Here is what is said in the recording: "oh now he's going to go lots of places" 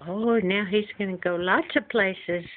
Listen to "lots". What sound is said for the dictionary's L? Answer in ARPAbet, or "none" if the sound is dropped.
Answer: L